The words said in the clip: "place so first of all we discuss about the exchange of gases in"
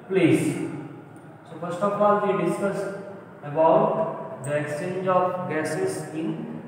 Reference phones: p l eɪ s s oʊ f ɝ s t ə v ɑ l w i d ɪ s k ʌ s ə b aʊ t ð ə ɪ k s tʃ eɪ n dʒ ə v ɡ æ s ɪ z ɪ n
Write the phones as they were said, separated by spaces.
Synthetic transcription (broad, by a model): p l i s s oʊ p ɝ s t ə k ɑ l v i d ɪ s k ʌ s ə b aʊ t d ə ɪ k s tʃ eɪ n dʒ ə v ɡ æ s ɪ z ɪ n